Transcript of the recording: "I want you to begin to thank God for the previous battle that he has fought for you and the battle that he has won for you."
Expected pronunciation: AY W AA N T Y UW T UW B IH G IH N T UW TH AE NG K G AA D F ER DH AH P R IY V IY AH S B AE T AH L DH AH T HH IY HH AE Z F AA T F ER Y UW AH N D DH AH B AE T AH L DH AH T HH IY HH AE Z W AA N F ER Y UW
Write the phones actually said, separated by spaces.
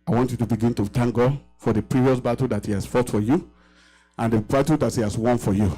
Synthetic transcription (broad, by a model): AY W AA N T Y UW T UW B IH G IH N T UW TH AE NG K G AA D F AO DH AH P R IY V IY AH S B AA T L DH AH T HH IY HH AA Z F AA T F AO Y UW AH N D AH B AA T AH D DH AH T HH IY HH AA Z W AA N F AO Y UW